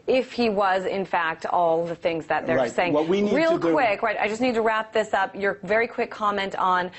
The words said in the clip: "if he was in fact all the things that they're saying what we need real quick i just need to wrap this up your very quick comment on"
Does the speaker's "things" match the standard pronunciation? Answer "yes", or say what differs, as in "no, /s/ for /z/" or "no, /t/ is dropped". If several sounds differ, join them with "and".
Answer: yes